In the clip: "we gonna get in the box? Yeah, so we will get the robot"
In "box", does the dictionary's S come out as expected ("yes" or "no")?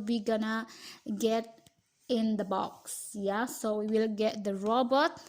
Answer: yes